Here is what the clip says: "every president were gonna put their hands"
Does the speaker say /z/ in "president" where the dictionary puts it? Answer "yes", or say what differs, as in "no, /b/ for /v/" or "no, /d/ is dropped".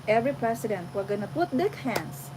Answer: no, /s/ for /z/